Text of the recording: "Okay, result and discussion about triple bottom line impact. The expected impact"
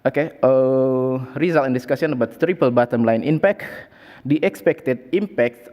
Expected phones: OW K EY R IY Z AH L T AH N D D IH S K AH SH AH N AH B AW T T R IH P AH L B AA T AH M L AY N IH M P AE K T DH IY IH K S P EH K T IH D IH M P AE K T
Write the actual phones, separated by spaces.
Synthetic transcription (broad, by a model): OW K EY R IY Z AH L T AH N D D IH S K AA S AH N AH B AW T T R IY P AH L B AA T AH M L AY N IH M P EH K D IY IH K S P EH K T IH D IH M P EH K T